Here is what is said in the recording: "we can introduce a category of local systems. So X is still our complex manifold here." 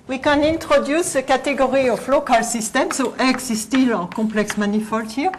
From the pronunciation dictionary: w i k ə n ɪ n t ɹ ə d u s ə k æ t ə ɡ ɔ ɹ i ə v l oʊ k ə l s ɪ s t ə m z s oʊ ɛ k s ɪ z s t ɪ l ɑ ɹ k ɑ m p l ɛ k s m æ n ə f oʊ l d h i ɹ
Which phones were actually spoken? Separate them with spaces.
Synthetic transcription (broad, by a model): w i k ə n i n t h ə d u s ə k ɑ t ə ɡ ɔ ɹ i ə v l oʊ k ə l s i s t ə m s oʊ ɛ k s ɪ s t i l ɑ k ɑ p l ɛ k s m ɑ n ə f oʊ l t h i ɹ